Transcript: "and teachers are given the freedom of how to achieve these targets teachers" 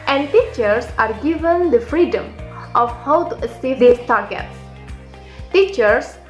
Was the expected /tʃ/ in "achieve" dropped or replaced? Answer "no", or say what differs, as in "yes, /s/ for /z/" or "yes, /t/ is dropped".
yes, /s/ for /tʃ/